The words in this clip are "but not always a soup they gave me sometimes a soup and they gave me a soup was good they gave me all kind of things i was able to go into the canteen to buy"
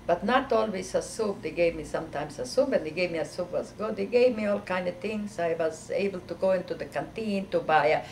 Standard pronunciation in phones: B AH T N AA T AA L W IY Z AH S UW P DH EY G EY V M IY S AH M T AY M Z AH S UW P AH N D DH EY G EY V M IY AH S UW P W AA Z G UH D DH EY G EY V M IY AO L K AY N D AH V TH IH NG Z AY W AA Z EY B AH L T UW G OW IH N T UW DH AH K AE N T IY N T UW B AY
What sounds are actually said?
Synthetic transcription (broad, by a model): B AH T N AA T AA L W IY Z AH S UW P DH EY G EY V M IY S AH M T AY M S AH S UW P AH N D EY G EY V M IY AH S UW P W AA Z G UH D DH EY G EY V M IY AO L K AY N D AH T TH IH NG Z AY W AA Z EY B AH L T UW G OW IH N T UW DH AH K AE N T IY N T UW B AY